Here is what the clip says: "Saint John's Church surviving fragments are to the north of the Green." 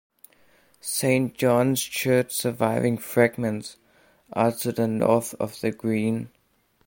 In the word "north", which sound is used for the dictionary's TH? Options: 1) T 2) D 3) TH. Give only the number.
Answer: 3